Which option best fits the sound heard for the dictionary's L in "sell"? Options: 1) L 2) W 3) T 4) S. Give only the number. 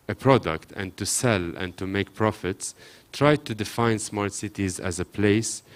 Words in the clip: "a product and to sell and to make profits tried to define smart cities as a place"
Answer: 1